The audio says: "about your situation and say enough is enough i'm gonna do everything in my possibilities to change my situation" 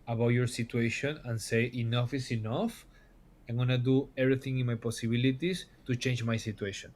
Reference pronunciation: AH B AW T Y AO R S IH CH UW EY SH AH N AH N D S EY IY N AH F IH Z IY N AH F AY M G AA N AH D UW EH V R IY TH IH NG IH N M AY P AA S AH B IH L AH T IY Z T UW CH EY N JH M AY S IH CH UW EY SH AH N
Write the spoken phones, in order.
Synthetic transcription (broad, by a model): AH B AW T Y AO R S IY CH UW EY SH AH N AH N S EY IY N AH F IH S IY N AH F AY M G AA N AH D UW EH B R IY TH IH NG IH N M AY P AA S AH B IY L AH T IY S T UW CH EY N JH M AY S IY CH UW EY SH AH N